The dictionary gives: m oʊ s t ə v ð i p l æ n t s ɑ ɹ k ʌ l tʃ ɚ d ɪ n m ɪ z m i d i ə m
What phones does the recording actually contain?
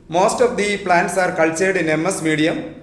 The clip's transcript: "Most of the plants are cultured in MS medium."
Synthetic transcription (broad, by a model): m oʊ s t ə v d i p l æ n t s ɑ ɹ k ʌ l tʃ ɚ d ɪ n m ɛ s m i d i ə m